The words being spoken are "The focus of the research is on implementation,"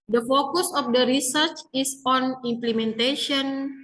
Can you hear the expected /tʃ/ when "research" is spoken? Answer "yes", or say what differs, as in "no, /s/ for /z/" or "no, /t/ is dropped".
yes